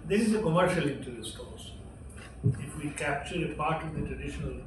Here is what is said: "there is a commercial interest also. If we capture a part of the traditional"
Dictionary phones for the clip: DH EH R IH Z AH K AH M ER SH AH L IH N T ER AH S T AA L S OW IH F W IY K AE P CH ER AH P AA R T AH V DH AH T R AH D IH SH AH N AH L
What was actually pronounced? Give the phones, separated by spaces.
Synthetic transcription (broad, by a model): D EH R IH Z AH K AH M ER SH AH L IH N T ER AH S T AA S IH F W IY K AE P CH ER AH P AA R T AH V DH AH T R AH D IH SH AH N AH L